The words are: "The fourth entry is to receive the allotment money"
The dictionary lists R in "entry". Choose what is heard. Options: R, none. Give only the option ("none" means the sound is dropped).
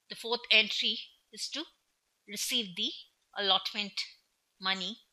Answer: R